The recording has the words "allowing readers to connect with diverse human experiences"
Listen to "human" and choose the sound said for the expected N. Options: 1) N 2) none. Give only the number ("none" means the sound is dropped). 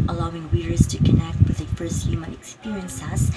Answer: 2